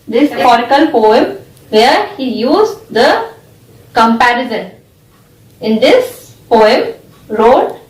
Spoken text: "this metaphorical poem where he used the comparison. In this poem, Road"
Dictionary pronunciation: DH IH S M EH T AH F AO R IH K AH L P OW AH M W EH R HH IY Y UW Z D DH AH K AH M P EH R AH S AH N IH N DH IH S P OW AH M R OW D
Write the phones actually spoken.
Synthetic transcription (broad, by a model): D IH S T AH AO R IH K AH L P OW AH M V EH R HH IY Y UW Z D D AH K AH M P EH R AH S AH N IH N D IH S P OW AH M R OW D